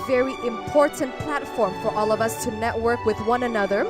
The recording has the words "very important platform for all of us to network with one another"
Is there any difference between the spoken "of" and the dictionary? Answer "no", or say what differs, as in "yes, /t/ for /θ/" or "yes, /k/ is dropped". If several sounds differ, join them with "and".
no